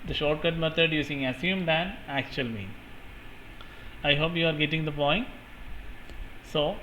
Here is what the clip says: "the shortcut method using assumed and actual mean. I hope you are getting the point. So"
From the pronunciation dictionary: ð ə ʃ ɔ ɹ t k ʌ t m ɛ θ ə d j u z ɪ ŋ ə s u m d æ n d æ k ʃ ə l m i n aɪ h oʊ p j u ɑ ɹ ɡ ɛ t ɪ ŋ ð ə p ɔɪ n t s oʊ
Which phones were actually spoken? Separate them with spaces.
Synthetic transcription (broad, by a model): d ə ʃ ɔ ɹ t k ʌ t m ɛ t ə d j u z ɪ ŋ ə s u m d æ n d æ k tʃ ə l m i n aɪ h oʊ p j u ɑ ɹ ɡ ɛ t ɪ ŋ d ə p ɔɪ n t s oʊ